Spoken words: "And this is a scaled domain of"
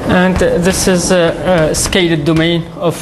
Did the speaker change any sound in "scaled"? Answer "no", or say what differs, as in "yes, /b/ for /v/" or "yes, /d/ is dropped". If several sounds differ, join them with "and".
yes, /l/ is dropped